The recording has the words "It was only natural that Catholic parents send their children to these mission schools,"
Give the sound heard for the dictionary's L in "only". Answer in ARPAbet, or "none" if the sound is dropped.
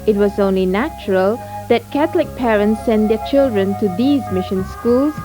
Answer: L